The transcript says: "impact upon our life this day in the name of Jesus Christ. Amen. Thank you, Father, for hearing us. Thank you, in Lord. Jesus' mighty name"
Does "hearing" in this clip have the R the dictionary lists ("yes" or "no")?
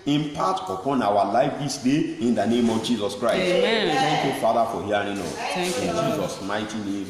no